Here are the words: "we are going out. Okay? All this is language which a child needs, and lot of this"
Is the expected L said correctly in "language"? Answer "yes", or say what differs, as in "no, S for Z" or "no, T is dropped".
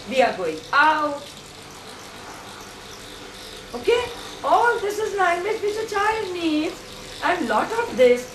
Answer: no, N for L